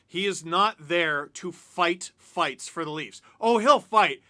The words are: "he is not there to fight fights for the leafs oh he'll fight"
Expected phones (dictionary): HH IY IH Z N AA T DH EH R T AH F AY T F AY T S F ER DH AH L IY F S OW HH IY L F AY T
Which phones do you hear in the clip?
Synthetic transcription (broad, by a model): HH IY IH Z N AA T DH EH R T AH F AY T F AY T S F ER DH AH L IY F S OW HH IY L F AY T